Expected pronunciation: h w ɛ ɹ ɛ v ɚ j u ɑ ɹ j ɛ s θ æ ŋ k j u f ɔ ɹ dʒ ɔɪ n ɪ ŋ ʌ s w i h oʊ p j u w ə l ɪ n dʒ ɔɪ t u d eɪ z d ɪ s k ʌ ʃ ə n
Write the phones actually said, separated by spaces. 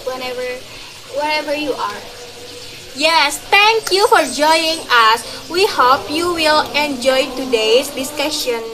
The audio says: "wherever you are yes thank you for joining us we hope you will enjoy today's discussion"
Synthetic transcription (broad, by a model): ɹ w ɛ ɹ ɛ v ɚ j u ɑ ɹ j ɛ s t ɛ ŋ k j u f ɔ ɹ dʒ ɔɪ ɪ ŋ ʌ s w i h oʊ p j u w ə l ɪ n dʒ ɔɪ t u d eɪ s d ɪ s k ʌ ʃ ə n